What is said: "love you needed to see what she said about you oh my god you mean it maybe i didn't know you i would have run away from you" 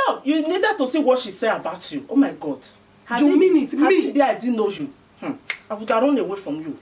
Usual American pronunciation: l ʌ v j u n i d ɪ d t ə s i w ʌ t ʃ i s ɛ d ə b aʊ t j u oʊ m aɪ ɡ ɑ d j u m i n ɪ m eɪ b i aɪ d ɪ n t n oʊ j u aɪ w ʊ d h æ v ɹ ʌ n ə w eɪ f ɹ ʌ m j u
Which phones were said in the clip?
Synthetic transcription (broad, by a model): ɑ j u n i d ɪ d t ə s i w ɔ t ʃ i s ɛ ə b aʊ t j u oʊ m aɪ ɡ ɑ d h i m i n ɪ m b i aɪ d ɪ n n oʊ j u aɪ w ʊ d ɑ ɹ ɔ n ə w eɪ f ɹ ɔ m j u